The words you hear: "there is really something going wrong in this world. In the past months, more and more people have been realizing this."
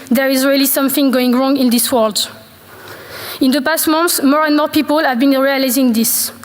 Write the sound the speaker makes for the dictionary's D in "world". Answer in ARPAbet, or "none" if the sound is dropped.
D